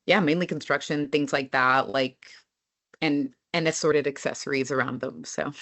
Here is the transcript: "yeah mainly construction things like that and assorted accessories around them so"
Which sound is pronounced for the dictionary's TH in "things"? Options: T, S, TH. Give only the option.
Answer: TH